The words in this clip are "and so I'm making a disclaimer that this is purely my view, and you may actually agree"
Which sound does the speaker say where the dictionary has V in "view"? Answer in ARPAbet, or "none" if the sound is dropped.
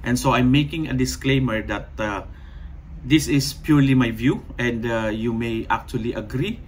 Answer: V